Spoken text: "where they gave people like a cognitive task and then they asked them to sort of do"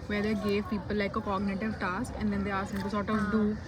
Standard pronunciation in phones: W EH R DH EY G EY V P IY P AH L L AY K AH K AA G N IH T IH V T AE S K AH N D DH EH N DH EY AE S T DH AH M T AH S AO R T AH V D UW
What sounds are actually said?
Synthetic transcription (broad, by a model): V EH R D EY G EY V P IY P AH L L AY K AH K AA G N IH T IH V T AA S K AH N D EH N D EY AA T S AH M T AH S AO T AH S D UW